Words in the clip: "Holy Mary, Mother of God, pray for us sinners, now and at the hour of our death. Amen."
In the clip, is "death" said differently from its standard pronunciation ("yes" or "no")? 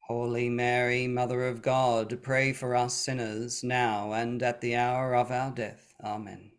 no